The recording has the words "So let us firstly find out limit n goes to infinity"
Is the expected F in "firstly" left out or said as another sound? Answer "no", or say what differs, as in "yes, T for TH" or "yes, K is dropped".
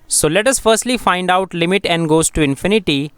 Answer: no